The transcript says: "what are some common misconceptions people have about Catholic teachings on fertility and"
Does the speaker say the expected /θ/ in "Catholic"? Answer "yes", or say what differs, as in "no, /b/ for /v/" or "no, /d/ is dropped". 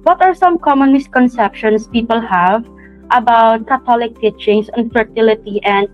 no, /t/ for /θ/